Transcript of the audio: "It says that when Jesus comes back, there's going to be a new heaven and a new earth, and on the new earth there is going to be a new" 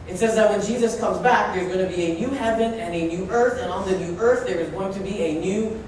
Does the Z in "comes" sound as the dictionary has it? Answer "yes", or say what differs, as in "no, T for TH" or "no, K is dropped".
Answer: yes